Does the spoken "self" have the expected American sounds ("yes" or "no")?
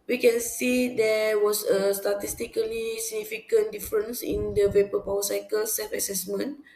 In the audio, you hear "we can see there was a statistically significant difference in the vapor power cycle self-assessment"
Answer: no